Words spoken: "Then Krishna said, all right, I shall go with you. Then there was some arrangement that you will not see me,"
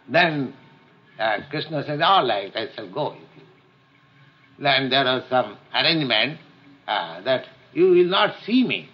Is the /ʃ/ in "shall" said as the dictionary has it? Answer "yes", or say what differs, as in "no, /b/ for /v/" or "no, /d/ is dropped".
no, /s/ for /ʃ/